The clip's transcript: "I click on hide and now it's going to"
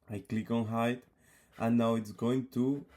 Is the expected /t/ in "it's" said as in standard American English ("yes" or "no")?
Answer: yes